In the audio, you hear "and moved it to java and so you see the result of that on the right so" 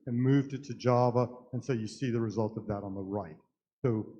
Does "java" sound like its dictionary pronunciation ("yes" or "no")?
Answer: yes